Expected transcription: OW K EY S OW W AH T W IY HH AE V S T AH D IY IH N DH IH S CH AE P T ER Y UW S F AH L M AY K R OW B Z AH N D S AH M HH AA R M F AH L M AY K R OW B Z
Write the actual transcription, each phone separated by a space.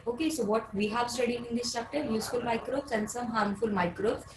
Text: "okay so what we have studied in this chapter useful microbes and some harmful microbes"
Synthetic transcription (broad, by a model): OW K EY S OW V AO T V IY HH AE V S T AH D IY IH N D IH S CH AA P T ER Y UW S F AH L M AY K R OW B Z AH N D S AH M HH AA R M F AH L M AY K R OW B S